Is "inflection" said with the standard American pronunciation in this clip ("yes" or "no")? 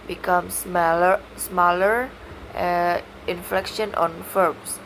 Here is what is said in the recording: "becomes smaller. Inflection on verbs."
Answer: yes